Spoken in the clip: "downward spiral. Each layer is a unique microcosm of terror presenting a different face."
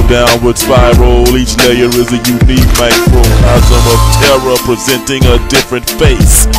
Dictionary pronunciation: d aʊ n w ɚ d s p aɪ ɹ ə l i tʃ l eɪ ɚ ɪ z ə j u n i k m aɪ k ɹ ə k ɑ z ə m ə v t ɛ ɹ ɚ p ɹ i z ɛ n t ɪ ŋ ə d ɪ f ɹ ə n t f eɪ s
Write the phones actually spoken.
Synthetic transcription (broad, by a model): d aʊ n w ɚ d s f aɪ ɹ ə l i tʃ l eɪ ɚ ɪ z ə j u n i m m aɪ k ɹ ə ɑ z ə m ə v t ɛ ɹ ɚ p ɹ i z ɛ n t ɪ ŋ ə d ɪ f ɹ ə n t f eɪ s